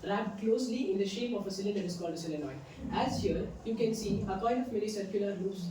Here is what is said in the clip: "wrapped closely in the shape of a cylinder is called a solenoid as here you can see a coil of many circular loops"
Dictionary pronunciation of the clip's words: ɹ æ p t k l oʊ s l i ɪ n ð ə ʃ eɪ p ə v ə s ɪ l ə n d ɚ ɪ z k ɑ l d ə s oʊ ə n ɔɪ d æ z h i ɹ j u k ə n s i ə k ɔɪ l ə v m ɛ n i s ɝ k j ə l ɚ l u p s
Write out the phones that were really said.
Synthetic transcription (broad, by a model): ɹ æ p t k l oʊ s l i ɪ n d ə ʃ eɪ p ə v ə s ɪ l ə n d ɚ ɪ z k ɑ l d ə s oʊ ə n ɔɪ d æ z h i ɹ j u k ə n s i ə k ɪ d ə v m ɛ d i s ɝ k j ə l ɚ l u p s